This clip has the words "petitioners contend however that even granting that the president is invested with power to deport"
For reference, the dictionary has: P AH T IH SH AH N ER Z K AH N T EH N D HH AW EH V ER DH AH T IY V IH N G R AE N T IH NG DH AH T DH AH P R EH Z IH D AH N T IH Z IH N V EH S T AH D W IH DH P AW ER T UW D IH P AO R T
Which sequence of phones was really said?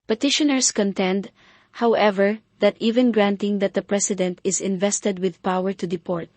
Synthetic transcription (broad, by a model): P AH T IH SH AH N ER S K AH N T EH N D HH AW EH V ER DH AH T IY V IH N G R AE N T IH NG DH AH T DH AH P R EH S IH D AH N T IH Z IH N V EH S T AH D W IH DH P AW ER T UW D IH P AO R T